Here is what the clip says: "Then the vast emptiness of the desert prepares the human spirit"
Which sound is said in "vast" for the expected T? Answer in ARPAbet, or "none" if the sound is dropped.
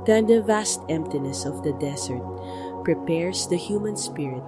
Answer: T